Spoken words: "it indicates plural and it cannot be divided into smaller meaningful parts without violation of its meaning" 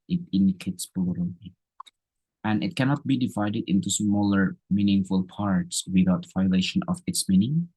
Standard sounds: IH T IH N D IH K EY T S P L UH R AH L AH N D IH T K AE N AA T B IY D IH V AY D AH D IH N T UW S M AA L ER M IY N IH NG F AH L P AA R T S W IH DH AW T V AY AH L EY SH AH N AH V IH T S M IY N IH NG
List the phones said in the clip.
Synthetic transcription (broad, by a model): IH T IH N D IH K EY T S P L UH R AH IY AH N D IH T K AE N AA T B IY D IH V AY D AH D IH N T UW S M AA L ER M IY N IH NG F AH L P AA R T S W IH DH AW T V AY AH L EY SH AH N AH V IH T S M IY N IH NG